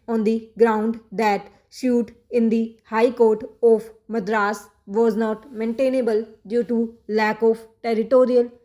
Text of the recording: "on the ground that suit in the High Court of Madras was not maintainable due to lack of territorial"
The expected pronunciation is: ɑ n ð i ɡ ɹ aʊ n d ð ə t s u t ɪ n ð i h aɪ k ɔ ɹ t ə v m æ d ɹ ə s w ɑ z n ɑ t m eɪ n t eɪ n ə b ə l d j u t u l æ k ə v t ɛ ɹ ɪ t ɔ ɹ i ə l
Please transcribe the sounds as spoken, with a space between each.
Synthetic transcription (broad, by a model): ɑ n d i ɡ ɹ aʊ n d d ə t ʃ u t ɪ n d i h aɪ k ɔ ɹ t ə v m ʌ d ɹ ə s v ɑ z n ɑ t m eɪ n t eɪ n ə b ə l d j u t u l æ k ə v t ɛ ɹ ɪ t ɔ ɹ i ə l